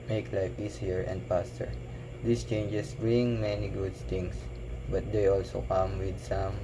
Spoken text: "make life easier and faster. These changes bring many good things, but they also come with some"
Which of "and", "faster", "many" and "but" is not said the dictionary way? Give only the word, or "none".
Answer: faster